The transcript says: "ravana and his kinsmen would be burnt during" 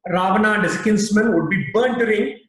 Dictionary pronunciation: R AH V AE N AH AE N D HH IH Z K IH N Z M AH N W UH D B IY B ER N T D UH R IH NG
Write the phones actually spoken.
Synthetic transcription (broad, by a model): R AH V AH N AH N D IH S K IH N S M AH N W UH D B IY B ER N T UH R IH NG